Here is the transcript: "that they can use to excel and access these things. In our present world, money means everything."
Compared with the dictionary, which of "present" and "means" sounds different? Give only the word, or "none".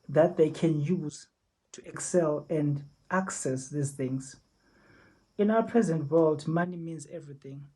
none